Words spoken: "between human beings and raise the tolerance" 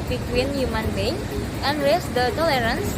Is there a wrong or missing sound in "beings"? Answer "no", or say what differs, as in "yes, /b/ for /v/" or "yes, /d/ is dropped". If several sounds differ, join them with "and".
yes, /z/ is dropped